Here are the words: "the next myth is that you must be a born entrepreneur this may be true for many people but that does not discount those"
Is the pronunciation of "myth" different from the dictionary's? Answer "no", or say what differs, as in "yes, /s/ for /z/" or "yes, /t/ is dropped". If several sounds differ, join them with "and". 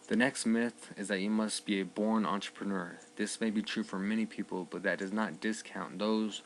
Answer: no